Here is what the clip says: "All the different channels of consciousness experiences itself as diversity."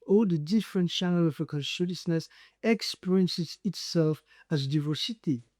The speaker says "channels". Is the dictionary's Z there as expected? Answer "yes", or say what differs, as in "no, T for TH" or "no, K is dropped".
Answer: no, Z is dropped